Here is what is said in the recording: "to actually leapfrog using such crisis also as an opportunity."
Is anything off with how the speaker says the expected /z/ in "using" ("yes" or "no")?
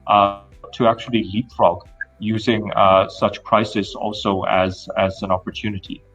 no